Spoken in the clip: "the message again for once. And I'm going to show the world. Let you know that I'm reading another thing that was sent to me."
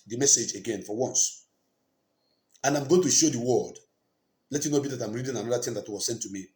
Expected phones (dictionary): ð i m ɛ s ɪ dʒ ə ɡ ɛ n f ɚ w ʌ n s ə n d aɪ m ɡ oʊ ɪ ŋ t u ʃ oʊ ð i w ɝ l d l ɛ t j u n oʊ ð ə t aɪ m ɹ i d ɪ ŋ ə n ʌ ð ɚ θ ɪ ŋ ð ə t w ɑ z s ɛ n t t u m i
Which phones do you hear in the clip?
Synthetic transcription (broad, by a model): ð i m ɛ s ɪ dʒ ə ɡ ɛ n f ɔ w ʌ n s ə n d aɪ m ɡ oʊ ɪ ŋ t u ʃ oʊ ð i w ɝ d l ɛ t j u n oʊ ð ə t aɪ m ɹ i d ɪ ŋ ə n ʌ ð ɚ t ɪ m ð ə t w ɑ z s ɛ n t t u m i